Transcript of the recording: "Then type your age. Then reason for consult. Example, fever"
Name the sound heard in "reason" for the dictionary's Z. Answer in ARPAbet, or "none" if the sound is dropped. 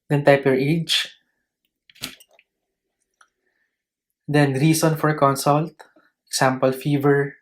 S